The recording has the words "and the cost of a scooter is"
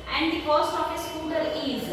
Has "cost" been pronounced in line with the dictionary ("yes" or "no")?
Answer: no